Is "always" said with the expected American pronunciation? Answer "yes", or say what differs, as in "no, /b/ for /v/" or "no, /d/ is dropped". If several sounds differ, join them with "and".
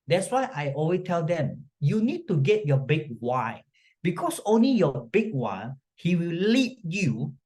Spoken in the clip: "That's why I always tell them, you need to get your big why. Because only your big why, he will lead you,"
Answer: no, /z/ is dropped